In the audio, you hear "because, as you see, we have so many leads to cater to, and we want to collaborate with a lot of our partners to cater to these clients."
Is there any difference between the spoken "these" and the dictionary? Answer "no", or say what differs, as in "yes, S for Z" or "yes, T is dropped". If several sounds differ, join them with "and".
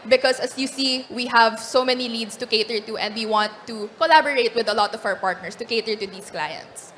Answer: yes, S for Z